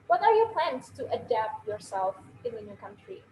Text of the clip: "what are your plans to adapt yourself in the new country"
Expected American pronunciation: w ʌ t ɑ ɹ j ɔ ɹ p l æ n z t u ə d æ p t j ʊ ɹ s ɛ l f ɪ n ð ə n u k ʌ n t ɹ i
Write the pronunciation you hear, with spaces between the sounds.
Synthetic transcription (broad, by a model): w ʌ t ɑ ɹ j ɔ ɹ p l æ n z t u ə d æ p t j ʊ ɹ s ɛ l f ɪ n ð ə n u k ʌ n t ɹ i